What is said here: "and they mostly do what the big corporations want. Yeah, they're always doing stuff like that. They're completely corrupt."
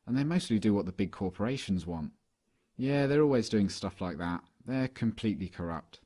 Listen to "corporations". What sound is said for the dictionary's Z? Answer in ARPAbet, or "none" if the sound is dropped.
Z